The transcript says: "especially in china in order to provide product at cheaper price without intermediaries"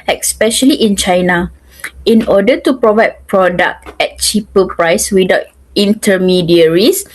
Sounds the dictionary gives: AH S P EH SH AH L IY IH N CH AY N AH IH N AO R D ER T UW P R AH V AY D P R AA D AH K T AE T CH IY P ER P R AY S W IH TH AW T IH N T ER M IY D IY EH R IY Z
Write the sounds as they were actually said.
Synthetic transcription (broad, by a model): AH S P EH SH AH L IY IH N CH AY N AH IH N AO D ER T UW P R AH V AY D P R AA D AH K T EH T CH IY P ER P R AY S W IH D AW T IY N T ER M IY D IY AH R IY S